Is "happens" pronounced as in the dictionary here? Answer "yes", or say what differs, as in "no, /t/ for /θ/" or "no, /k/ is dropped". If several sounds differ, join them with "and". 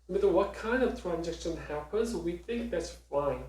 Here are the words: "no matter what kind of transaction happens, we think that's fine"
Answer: yes